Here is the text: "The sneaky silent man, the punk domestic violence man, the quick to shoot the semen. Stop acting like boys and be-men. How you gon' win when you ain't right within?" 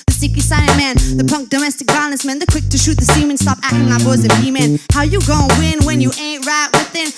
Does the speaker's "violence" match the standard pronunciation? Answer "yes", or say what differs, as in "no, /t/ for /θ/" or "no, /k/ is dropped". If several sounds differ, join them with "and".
no, /b/ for /v/